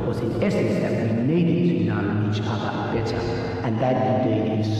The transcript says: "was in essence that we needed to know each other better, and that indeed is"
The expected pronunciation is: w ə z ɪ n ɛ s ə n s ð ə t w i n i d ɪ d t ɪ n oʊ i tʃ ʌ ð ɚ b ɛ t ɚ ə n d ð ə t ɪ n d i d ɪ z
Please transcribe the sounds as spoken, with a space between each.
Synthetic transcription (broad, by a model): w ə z ɪ n ɛ s ə n s ð ə t w i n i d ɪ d t ɪ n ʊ i tʃ ʌ ð ɚ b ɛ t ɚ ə n ð ə t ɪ d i ɪ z